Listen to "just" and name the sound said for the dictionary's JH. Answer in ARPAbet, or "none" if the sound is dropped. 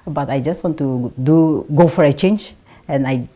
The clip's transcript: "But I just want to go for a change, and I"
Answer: JH